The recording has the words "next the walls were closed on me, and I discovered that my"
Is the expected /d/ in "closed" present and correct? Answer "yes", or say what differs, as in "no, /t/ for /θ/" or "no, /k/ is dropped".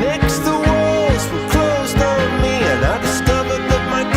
yes